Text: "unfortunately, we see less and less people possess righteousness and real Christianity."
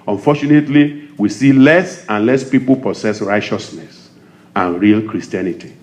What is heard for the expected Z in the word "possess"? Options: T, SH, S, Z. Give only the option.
S